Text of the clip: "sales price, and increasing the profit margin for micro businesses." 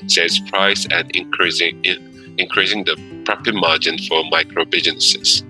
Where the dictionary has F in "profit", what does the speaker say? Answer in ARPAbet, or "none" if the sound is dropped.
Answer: P